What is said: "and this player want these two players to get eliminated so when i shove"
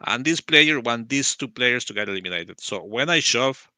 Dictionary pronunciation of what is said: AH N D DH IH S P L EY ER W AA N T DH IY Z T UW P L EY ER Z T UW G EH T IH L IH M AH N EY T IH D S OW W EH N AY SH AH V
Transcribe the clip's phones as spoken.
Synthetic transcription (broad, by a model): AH N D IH S P L EY ER W AA N T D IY S T UW P L EY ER S T UW G EH T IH L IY M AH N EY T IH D S OW W EH N AY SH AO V